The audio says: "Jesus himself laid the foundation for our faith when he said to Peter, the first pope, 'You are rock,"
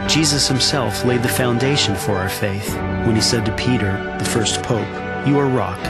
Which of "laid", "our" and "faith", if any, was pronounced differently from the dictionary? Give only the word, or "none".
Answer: none